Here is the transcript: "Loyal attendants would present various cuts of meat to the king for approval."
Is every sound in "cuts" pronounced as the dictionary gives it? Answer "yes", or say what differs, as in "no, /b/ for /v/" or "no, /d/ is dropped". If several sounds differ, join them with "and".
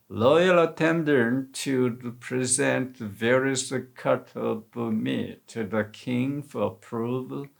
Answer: no, /s/ is dropped